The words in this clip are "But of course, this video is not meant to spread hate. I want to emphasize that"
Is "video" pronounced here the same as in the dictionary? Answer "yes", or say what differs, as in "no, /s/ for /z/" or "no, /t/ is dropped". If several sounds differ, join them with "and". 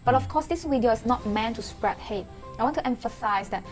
no, /w/ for /v/